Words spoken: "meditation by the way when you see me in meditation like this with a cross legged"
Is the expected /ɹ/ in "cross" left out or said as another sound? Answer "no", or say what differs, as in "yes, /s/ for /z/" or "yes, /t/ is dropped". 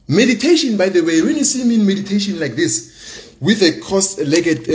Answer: yes, /ɹ/ is dropped